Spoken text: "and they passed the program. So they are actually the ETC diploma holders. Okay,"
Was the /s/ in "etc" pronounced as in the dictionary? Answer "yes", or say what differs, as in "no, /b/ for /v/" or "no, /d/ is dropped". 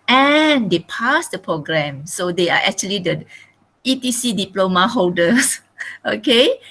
no, /s/ is dropped